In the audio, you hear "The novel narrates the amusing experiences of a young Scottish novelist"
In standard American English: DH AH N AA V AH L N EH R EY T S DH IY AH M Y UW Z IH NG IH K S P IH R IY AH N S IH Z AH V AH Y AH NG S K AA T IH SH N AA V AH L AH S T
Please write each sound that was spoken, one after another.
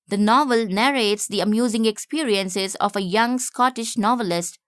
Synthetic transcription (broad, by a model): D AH N AA V AH L N EH R EY T S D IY AH M Y UW Z IH NG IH K S P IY R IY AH N S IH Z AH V AH Y AH NG S K AA T IH SH N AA V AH L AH S T